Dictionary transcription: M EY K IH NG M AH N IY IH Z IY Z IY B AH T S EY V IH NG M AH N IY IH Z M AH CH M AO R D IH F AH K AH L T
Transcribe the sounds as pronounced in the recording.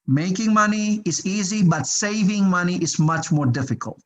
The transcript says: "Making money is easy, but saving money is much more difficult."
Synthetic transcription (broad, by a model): M EY K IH NG M AH N IY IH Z IY Z IY B AH T S EY V IH NG M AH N IY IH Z M AH CH M AO R D IH F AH K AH L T